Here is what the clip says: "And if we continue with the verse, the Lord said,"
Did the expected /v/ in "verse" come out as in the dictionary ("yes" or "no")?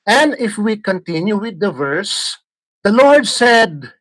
yes